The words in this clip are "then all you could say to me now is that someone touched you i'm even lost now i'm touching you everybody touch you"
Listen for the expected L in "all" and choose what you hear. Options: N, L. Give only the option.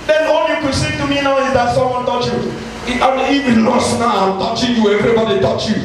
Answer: N